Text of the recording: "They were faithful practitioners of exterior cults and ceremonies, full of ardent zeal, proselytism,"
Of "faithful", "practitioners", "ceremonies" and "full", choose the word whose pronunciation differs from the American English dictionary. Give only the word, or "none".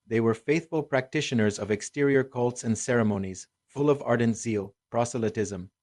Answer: none